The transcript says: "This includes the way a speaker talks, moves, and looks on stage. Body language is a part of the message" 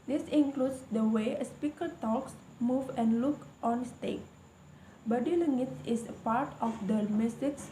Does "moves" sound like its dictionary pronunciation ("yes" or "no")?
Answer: no